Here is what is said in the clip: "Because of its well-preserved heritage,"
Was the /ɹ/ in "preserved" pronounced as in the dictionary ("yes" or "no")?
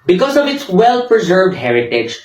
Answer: yes